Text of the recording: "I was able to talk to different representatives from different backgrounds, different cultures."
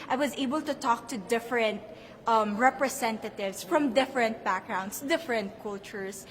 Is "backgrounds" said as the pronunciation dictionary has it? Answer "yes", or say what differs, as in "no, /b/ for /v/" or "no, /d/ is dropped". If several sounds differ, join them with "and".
no, /s/ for /z/